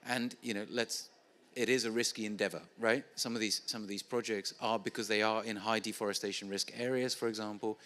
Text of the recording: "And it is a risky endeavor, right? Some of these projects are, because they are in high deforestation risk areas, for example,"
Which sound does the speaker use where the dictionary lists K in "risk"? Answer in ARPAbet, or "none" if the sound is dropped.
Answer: K